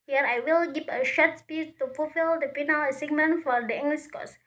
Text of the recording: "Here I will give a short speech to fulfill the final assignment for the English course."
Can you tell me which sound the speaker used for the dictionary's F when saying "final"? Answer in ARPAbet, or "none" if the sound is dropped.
P